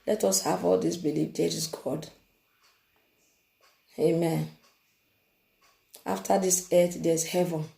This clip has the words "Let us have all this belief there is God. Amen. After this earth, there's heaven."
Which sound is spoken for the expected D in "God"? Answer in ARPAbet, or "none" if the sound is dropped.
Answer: D